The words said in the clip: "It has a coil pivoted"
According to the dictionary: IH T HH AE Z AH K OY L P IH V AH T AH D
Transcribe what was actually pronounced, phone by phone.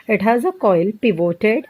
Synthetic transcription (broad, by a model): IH T HH AE Z AH K OY L P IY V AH T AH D